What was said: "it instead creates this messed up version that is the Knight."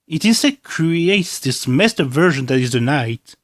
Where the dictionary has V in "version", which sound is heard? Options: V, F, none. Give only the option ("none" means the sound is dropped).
V